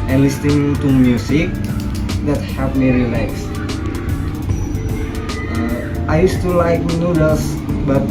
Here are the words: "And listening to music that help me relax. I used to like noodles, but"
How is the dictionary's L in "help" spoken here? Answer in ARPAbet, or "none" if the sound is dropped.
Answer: none